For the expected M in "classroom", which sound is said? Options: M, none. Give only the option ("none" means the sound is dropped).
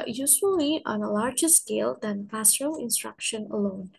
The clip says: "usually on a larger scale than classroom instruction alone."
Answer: none